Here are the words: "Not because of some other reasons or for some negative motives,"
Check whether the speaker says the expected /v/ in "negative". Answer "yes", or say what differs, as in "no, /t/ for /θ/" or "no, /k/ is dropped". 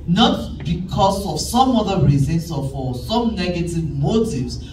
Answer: yes